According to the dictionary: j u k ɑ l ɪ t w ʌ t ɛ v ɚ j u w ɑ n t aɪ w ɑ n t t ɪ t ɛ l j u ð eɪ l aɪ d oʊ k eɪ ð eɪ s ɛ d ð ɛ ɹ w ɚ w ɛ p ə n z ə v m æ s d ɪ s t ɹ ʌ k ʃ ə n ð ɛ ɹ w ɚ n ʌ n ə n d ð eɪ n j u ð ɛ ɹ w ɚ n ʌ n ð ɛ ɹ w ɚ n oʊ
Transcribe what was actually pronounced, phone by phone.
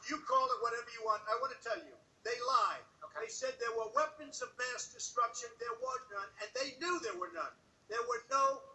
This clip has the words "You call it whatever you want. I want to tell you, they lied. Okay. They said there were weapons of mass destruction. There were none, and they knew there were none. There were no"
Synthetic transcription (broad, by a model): j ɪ k ɑ l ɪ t w ʌ t ɛ v ɚ j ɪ w ɑ n t aɪ w ɑ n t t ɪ t ɛ l j u ð eɪ l aɪ d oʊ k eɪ s ɛ d ð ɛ ɹ w ɚ w ɛ p ə n z ə v m æ s d ɪ s t ɹ ʌ k ʃ ə n ð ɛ ɹ w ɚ n ʌ n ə n ð eɪ n j u ð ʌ ɹ w ɚ n ʌ n ð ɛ ɹ w ɚ n oʊ